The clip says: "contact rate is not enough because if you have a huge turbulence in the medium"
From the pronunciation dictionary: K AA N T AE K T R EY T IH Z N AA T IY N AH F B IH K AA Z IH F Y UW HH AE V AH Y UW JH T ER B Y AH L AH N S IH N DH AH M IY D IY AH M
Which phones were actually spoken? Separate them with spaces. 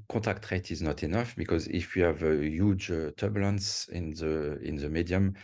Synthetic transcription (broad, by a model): K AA T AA K T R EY T IH Z N AA T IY N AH F B IH K AA Z IH F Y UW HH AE V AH Y UW JH T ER B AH L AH N S IH N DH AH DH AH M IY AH M